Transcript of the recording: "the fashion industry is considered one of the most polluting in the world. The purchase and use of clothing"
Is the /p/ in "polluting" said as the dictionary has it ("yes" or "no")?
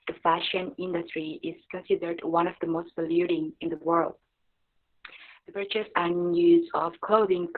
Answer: no